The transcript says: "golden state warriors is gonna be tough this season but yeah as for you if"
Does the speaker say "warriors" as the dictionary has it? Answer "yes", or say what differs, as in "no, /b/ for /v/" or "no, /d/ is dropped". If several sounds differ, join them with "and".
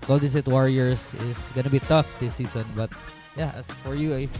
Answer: no, /s/ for /z/